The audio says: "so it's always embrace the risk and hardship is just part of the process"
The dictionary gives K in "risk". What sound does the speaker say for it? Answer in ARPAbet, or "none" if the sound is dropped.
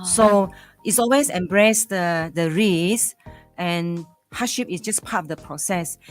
none